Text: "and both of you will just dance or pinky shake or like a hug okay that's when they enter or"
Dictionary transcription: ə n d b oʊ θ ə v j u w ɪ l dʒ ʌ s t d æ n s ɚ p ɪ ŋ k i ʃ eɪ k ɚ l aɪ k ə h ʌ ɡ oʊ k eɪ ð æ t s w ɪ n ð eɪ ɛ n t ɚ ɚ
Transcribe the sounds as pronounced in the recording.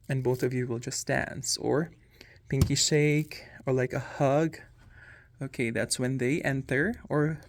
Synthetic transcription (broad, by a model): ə n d b oʊ θ ə v j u w ɪ l dʒ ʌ s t d æ n s ɚ p ɪ ŋ k i ʃ eɪ k ɚ l aɪ k ə h ʌ ɡ oʊ k eɪ ð æ t s w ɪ n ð eɪ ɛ n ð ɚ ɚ